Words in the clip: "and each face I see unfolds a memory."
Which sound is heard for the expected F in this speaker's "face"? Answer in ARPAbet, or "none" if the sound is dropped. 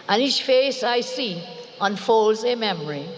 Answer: F